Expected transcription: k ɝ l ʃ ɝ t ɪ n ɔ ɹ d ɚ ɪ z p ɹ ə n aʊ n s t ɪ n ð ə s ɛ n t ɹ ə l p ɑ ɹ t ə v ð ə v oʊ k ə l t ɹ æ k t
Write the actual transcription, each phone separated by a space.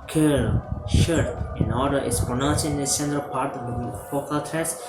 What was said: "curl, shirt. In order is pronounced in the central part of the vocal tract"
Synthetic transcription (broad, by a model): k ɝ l ʃ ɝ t ɪ n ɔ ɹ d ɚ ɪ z p ɹ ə n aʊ n s ɪ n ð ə s ɛ n t ɹ ə l p ɑ ɹ t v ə f oʊ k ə l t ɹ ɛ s